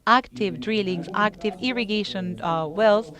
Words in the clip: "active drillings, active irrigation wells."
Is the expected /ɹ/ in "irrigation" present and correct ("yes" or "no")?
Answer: yes